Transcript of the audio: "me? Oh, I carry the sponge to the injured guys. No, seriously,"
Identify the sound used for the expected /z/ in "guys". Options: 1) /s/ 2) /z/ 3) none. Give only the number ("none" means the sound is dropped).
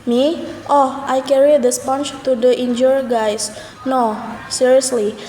1